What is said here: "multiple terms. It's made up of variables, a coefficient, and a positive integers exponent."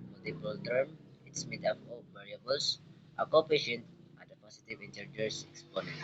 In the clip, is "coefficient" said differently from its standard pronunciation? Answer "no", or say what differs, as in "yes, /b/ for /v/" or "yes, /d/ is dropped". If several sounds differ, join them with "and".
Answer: yes, /p/ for /f/